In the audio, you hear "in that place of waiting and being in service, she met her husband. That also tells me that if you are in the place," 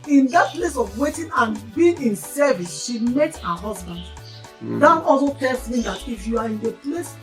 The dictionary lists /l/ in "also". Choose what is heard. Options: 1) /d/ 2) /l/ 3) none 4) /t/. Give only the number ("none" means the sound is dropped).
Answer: 3